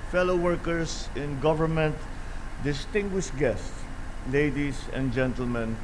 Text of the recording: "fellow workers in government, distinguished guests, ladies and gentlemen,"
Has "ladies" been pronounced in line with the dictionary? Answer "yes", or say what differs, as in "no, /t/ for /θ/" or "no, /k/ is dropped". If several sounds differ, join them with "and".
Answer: no, /s/ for /z/